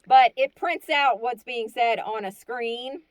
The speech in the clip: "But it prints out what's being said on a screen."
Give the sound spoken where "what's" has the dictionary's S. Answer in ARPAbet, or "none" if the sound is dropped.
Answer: S